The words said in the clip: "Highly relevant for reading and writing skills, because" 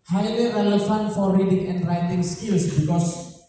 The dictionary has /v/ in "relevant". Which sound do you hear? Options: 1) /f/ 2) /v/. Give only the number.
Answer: 1